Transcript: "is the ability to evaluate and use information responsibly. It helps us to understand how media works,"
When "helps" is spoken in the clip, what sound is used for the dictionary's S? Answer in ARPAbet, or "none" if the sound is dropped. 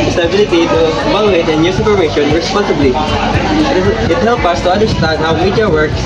none